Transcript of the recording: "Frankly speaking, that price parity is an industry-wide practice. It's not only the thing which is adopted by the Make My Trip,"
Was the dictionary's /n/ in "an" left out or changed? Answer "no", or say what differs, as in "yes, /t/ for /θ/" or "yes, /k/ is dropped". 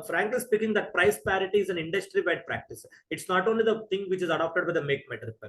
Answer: no